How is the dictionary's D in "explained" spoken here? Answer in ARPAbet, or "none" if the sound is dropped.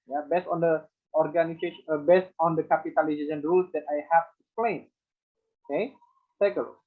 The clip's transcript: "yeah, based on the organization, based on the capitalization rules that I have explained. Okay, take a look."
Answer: none